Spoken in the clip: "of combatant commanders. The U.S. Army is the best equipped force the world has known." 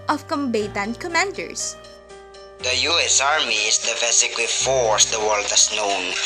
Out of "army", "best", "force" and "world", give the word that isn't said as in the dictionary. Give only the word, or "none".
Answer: best